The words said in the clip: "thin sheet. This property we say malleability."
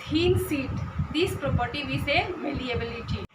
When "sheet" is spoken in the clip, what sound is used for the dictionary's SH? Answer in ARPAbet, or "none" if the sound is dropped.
S